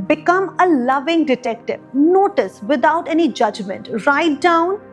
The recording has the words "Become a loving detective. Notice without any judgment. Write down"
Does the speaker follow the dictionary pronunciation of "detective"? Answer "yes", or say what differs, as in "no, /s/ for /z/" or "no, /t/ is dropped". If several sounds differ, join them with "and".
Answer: yes